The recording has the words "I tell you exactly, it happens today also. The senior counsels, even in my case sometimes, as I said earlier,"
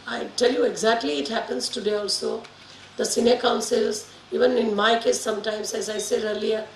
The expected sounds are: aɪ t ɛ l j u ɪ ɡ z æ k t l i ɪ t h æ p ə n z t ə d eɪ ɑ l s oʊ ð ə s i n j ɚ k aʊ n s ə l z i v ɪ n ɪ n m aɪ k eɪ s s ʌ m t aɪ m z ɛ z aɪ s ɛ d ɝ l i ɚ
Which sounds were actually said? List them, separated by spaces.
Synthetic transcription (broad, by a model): aɪ t ɛ l j u ɪ ɡ z æ k t l i ɪ t h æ p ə n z t ə d eɪ ɑ l s oʊ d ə s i n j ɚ k aʊ n s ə l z i v ɪ n ɪ n m aɪ k eɪ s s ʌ m t aɪ m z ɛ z aɪ s ɛ d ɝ l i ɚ